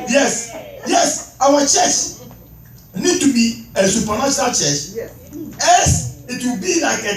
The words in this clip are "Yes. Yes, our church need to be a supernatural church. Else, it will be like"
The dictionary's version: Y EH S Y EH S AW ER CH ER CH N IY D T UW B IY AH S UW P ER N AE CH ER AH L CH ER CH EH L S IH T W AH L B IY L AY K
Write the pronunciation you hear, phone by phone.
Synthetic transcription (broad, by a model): Y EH S Y EH S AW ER CH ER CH N IY D T UW B IY AH S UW P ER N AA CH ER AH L CH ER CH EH S IH T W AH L B IY L AY K